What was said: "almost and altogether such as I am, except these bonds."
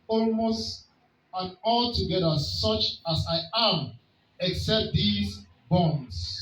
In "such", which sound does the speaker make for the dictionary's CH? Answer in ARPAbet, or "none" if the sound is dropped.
CH